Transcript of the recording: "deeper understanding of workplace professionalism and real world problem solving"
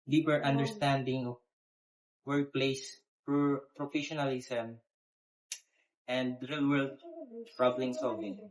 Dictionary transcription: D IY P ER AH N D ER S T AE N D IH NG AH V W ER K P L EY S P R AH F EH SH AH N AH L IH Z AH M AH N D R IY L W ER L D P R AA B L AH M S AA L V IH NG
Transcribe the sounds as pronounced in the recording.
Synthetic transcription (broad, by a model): D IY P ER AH N D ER S T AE N D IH NG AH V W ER P L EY S P R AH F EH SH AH N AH L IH S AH M AH N D R IY L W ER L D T R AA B L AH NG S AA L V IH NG